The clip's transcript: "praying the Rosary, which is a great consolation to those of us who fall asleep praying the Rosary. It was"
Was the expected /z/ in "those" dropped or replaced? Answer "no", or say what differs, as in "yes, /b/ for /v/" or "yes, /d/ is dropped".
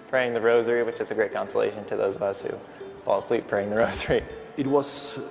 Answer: no